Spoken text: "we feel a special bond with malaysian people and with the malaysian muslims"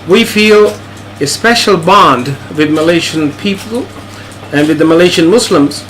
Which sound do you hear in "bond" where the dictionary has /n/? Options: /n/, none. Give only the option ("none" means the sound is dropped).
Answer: /n/